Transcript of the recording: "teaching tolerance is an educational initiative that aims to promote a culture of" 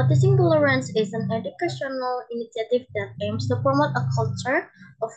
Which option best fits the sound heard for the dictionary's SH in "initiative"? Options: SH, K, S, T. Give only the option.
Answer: S